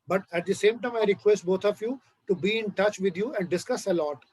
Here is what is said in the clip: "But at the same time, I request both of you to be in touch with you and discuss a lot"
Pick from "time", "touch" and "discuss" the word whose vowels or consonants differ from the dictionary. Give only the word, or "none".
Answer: none